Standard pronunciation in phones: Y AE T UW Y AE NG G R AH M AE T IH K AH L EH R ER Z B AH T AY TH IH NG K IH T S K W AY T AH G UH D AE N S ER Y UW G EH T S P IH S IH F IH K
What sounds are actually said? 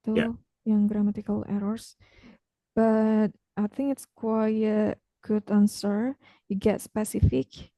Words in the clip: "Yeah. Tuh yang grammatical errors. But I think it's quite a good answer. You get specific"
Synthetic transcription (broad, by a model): T UW Y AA NG G R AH M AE T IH K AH L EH R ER S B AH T AY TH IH NG K IH T S K W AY AH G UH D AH N S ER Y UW G EH T S P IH S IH F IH K